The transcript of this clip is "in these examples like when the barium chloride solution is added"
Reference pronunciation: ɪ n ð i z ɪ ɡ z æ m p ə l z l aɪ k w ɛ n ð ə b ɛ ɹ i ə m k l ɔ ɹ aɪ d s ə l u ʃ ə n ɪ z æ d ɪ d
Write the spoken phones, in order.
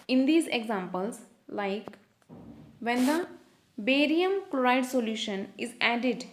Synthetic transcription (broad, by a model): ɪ n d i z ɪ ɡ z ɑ m p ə l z l aɪ k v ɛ n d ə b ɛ ɹ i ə m k l ɔ ɹ aɪ d s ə l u ʃ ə n ɪ z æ d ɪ d